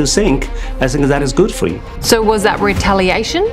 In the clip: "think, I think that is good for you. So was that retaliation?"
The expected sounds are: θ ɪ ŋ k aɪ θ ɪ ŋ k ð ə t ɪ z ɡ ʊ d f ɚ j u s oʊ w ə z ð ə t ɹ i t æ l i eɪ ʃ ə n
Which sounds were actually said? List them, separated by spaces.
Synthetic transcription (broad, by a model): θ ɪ ŋ k aɪ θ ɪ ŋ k ð ə t ɪ z ɡ ʊ d f ɚ j u s oʊ w ə z ð ə t ɹ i t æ l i eɪ ʃ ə n